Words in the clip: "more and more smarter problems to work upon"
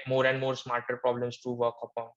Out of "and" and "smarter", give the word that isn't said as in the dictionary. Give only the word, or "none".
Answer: none